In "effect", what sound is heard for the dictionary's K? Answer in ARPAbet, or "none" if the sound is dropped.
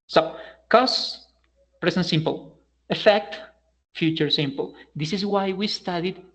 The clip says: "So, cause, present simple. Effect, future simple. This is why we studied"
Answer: K